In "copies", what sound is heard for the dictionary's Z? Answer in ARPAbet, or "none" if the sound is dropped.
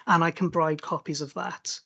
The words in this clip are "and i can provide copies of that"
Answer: Z